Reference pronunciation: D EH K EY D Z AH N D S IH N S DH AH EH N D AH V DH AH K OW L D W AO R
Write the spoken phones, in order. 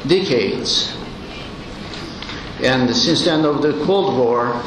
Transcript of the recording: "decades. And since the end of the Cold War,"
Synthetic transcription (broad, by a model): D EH K EY D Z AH N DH S IH N S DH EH N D AH V DH AH K OW L D W AO R